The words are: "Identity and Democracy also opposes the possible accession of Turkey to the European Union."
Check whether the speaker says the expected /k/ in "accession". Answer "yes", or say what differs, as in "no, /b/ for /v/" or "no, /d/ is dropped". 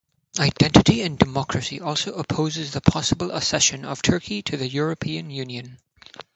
no, /k/ is dropped